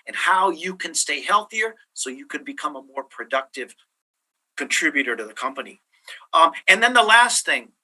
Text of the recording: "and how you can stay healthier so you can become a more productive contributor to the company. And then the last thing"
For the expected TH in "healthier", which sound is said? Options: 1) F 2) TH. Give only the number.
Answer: 2